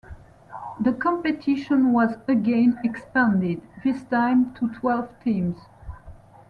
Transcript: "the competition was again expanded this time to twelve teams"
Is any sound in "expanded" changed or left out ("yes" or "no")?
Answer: no